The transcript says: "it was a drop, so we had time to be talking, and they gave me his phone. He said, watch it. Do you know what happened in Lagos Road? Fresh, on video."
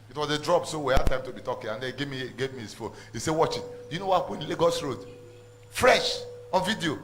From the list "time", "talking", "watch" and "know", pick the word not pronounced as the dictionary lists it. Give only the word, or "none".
none